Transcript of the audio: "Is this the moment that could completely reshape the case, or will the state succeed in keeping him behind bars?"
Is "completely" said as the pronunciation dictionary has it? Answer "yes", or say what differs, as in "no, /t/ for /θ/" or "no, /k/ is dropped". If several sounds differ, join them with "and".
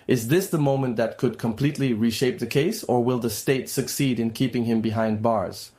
yes